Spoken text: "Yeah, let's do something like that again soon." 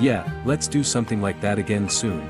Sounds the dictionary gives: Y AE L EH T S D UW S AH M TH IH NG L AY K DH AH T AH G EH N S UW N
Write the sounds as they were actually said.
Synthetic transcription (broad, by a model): Y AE L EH T S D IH S AH M TH IH NG L AY K DH AH T AH G EH N S UW N